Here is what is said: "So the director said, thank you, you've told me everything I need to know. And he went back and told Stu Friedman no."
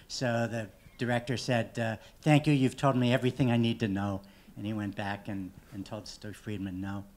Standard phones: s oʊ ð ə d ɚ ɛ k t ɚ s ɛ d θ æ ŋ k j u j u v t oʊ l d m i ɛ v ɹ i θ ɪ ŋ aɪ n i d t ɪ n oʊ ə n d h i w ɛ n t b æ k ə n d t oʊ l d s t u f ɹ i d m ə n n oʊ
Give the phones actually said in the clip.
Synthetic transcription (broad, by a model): s oʊ ð ə d ɚ ɛ k t ɚ s ɛ d θ æ ŋ k j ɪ j u v t oʊ l d m i ɛ v ɹ i θ ɪ ŋ aɪ n i d t ɪ n oʊ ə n i w ɛ n b æ k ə n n t oʊ l d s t f ɹ i d m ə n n oʊ